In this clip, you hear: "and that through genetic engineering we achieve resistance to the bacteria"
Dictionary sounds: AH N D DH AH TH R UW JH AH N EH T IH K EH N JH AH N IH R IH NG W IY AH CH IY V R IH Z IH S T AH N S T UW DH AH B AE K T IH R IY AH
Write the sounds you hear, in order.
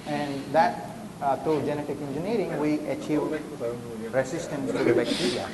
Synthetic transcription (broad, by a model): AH N D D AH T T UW JH AH N EH T IH K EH N JH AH N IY R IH NG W IY AH CH IY V R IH S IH S T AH N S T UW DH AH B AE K T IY R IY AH